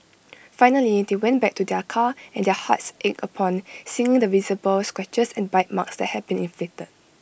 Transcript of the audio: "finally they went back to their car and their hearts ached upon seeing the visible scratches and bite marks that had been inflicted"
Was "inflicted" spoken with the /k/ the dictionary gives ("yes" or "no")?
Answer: no